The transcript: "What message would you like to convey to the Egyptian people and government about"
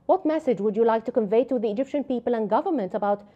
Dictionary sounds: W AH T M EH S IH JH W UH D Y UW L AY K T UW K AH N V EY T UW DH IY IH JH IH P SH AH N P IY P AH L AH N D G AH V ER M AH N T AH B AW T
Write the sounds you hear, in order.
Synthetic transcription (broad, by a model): W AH T M EH S IH JH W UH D Y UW L AY K T UW K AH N V EY T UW DH IY IH JH IH P SH AH N P IY P AH L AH N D G AH V ER M AH N T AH B AW T